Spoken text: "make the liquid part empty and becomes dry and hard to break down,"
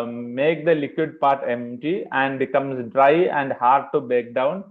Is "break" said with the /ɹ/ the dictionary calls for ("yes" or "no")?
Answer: no